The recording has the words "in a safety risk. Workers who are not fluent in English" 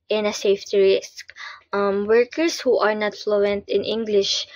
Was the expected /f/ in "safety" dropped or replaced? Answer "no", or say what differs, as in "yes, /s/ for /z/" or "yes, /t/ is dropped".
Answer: no